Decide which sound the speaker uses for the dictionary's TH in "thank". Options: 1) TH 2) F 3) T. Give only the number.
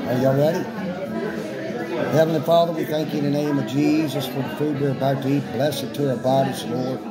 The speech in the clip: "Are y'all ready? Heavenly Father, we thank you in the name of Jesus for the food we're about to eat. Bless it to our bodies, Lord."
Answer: 1